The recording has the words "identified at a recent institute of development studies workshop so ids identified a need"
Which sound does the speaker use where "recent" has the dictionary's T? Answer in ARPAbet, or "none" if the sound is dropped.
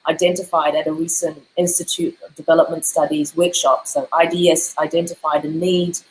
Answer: T